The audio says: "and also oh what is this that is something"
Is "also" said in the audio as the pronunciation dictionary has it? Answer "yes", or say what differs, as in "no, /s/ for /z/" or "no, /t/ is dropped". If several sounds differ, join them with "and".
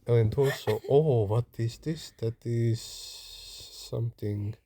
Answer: no, /l/ is dropped